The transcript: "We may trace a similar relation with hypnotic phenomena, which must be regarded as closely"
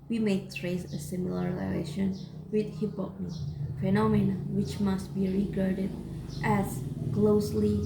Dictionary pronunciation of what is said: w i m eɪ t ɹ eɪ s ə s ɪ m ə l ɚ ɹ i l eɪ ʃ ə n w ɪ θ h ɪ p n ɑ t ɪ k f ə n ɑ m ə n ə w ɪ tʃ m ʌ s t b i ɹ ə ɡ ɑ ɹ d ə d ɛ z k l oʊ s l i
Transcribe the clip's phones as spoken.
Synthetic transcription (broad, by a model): w i m eɪ t ɹ eɪ s ə s ɪ m ə l ɚ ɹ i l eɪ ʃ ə n w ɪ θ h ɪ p ɑ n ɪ f ə n ɑ m ə n ə w ɪ tʃ m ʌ s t b i ɹ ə ɡ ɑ ɹ d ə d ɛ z k l oʊ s l i